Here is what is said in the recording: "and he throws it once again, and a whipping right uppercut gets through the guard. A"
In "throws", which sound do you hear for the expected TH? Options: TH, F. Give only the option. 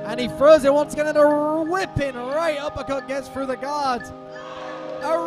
F